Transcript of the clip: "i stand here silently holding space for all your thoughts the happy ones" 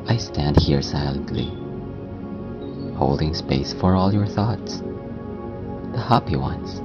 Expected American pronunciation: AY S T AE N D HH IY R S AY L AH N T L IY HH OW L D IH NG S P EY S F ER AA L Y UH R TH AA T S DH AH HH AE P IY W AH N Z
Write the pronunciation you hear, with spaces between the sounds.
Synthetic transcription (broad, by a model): AY S T AE N D HH IY R S AY L AH N T L IY HH OW L D IH NG S P EY S F ER AA L Y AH R TH AA T S DH AH HH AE P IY W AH N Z